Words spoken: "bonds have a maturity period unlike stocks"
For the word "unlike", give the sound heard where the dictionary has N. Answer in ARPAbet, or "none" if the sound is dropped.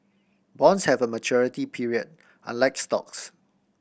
N